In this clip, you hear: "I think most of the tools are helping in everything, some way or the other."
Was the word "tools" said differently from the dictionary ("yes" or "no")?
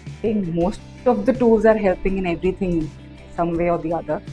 no